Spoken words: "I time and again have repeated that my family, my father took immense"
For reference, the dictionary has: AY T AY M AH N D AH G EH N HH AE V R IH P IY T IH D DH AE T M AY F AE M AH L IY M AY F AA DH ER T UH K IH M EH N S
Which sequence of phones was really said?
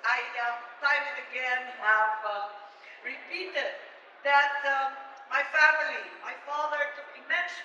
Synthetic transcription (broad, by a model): AY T AY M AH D AH G EH N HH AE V R IH P IY T IH D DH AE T M AY F AE M AH L IY M AY F AA DH ER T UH IH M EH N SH